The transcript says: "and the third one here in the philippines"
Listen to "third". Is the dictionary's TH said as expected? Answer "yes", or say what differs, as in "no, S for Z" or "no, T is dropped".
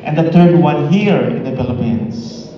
no, T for TH